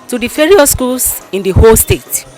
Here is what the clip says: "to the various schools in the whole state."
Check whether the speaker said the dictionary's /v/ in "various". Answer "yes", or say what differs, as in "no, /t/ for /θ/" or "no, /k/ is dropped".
no, /f/ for /v/